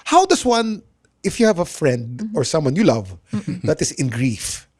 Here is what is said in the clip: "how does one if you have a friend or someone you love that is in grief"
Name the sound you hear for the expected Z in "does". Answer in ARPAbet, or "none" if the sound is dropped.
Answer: S